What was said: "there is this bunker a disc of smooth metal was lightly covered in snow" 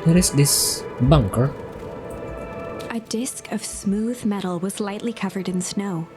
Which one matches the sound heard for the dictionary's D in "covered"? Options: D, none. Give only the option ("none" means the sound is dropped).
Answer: D